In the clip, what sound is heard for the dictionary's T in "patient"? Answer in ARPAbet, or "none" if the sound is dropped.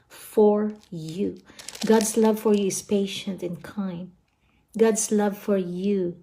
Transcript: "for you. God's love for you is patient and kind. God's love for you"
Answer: T